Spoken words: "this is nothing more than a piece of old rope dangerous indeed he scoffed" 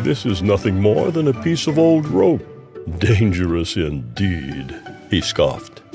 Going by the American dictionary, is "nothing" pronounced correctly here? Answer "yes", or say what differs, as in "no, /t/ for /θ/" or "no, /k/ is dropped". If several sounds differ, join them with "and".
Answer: yes